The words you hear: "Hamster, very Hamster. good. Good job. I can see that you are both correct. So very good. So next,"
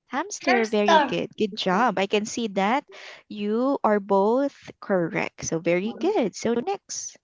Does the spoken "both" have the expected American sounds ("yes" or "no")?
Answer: yes